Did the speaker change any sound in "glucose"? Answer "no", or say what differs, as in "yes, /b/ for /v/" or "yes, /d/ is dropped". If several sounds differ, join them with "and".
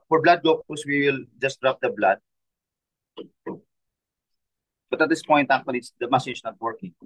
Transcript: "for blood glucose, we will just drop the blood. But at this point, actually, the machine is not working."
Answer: yes, /l/ is dropped